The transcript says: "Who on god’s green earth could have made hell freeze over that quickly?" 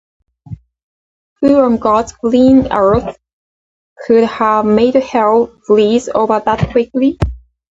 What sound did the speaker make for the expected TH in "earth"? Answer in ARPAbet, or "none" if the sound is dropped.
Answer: TH